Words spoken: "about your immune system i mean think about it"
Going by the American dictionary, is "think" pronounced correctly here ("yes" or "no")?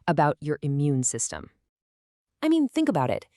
yes